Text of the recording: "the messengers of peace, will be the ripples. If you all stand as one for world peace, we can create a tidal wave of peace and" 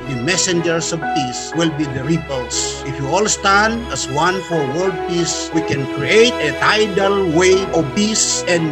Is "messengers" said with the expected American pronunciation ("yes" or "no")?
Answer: no